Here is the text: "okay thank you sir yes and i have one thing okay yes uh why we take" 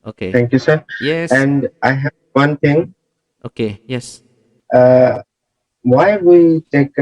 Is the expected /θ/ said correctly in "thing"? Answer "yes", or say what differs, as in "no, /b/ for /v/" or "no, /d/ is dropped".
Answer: no, /t/ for /θ/